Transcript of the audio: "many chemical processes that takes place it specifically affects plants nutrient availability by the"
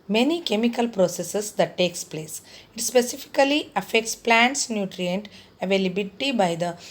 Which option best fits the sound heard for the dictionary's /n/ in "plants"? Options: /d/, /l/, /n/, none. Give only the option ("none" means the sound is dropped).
/n/